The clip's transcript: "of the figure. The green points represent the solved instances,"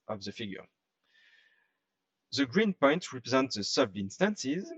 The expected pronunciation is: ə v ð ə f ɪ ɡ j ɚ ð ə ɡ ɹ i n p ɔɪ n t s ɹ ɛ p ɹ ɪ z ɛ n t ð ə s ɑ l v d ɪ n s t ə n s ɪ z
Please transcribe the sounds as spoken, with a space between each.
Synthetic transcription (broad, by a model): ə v ð ə f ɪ ɡ j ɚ ð ə ɡ ɹ i n p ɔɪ n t ɹ ɛ p ɹ ɪ z ɛ n t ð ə s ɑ v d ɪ n s t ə n s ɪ z